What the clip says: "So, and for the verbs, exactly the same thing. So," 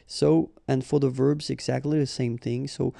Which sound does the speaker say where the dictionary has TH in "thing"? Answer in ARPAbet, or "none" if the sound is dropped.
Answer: TH